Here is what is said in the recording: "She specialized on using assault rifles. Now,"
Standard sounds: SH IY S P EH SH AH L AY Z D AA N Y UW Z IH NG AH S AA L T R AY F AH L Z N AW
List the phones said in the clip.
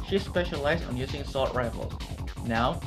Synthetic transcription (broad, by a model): SH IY S P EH SH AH L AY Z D N Y UW Z IH NG S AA T R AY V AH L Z N AW